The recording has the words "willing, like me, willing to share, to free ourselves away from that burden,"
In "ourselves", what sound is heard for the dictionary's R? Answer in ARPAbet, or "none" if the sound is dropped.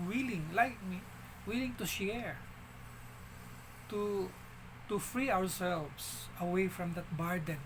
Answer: W